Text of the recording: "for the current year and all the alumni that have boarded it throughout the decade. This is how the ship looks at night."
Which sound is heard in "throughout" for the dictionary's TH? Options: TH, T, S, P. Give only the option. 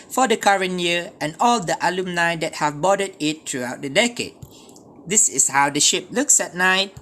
T